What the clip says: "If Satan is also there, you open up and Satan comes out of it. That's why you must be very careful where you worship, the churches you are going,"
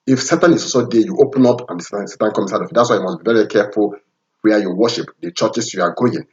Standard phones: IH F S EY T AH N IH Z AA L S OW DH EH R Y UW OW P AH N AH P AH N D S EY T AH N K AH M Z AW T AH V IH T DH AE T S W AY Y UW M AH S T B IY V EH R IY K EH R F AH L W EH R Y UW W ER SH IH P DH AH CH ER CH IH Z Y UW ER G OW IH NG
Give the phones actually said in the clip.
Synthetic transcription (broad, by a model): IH F S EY T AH N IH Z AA S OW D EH Y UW OW P AH N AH P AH N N S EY T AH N K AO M S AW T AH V IH T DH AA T S W AY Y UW M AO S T B IY V EH R IY K EH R F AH L W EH Y UW W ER SH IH P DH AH CH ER CH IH S Y UW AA G OW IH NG